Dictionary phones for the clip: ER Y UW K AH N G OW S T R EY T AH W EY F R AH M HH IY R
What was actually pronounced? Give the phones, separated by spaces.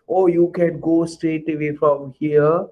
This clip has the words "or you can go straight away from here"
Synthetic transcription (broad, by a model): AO Y UW K AH N G OW S T EY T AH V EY F R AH M HH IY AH